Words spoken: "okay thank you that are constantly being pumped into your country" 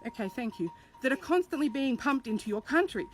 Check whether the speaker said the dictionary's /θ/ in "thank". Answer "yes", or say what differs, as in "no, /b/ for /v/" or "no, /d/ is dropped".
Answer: yes